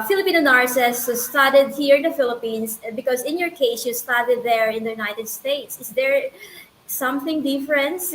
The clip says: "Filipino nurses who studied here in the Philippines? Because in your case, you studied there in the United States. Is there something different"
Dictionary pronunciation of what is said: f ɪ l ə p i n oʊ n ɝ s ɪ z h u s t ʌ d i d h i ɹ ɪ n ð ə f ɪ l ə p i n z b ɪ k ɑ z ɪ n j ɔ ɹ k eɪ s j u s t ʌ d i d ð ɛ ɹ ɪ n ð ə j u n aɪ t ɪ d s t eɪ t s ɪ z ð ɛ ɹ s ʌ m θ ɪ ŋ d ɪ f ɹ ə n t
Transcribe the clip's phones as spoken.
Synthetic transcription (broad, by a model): f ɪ l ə p i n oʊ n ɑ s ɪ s s t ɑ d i d h i ɹ ɪ n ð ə f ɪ l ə p i n s b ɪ k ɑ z ɪ n j ɔ ɹ k eɪ s j u s t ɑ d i d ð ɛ ɹ ɪ n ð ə j u n aɪ t ɪ d s t eɪ t s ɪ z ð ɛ ɹ s ʌ m θ ɪ ŋ d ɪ f ɹ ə n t